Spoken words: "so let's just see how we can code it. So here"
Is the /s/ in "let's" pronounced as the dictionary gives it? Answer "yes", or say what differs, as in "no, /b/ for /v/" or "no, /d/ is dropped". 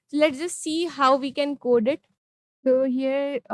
no, /s/ is dropped